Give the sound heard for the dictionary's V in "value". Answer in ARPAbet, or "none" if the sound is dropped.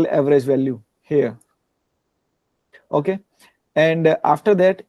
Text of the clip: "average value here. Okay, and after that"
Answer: V